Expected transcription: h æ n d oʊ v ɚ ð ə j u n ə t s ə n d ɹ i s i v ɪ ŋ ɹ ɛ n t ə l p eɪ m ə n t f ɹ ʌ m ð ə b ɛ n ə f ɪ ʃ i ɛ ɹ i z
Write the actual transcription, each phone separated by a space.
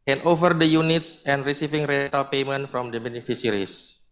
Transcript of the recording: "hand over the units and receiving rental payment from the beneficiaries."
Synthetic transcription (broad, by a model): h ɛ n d oʊ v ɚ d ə j u n ə t s ə n d ɹ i s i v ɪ ŋ ɹ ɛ t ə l p eɪ m ə n t f ɹ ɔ m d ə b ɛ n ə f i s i ɹ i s